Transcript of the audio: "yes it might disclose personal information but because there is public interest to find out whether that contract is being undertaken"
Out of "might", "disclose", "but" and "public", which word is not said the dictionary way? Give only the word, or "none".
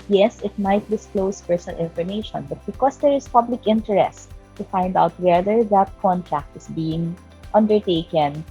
disclose